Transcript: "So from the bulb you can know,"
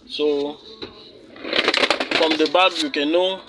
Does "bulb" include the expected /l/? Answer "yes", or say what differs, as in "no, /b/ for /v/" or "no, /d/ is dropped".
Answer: no, /l/ is dropped